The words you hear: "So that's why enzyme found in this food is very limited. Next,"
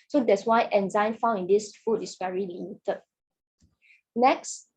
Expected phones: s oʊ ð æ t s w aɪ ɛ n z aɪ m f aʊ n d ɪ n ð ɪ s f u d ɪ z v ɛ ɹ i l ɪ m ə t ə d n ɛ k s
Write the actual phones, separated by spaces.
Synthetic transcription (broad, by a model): s oʊ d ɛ t s w aɪ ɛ n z aɪ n f aʊ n ɪ n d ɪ s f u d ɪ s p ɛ ɹ i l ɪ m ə t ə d n ɛ k s